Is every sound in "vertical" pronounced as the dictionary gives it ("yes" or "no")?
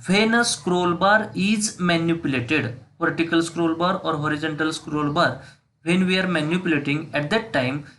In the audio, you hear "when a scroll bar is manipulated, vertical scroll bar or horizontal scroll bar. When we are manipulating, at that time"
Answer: no